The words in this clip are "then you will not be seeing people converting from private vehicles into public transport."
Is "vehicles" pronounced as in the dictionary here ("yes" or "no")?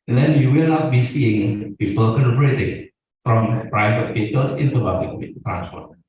no